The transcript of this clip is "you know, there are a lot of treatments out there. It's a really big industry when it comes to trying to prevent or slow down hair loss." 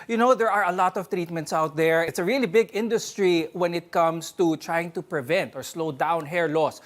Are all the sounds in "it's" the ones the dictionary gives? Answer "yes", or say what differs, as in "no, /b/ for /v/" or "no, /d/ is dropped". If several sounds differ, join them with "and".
yes